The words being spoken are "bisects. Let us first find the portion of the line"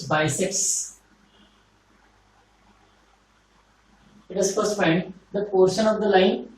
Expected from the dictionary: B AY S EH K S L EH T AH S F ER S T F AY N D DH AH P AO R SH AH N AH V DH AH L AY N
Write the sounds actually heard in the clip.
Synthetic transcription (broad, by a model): B AY S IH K S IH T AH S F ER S F AY N D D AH P AO R SH AH N AH V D AH L AY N